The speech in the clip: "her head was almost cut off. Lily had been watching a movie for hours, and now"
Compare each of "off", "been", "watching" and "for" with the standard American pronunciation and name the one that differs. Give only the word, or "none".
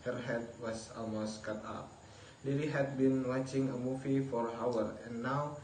off